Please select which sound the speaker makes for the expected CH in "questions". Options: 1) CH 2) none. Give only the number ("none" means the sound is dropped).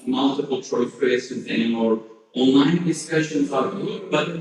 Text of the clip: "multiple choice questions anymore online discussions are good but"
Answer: 2